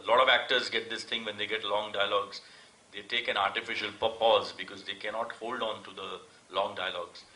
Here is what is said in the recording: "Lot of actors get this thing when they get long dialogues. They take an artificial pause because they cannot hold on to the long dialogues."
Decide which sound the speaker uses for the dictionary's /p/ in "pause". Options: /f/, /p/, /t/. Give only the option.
/p/